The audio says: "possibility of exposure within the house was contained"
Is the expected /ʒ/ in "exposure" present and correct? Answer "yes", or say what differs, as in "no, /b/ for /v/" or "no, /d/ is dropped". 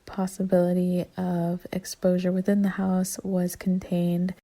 yes